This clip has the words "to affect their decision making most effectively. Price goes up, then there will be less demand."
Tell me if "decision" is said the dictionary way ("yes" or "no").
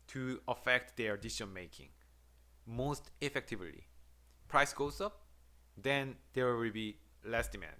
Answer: no